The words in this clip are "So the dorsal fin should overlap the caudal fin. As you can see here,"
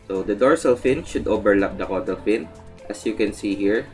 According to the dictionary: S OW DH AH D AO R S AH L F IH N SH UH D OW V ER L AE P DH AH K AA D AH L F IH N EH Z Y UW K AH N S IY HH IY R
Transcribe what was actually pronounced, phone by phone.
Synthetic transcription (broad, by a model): S OW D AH D AO R S AH L F IH N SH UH D OW B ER L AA P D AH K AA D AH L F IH N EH S Y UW K AH N S IY HH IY R